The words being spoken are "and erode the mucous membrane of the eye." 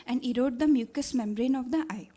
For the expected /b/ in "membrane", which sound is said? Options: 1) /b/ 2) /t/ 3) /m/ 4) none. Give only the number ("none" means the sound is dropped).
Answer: 1